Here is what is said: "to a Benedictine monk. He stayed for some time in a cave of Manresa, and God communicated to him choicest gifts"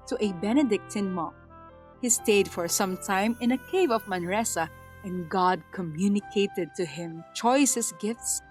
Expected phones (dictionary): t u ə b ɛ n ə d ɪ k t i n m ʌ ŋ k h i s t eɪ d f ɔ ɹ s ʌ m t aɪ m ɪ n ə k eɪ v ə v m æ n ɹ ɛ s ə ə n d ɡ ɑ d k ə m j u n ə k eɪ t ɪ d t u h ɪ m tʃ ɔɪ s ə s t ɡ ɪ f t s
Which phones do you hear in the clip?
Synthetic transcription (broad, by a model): t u ə b ɛ n ə d ɪ k t i n m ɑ k h i s t eɪ d f ɔ ɹ s ʌ m t aɪ m ɪ n ə k eɪ v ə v m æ n ɹ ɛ s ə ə n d ɡ ɑ d k ə m j u n ə k eɪ t ɪ d t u h ɪ m tʃ ɔɪ s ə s ɡ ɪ f t s